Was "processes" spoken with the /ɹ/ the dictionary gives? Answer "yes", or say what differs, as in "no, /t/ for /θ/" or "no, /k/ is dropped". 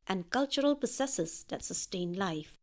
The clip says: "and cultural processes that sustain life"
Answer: no, /ɹ/ is dropped